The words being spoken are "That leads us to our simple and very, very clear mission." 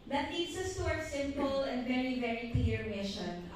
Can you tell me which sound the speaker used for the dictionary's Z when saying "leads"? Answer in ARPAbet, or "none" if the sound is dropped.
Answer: S